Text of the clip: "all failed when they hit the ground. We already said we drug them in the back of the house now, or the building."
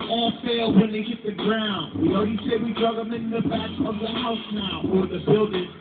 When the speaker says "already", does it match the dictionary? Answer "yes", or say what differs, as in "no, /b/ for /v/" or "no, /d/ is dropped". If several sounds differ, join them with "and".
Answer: no, /ɹ/ is dropped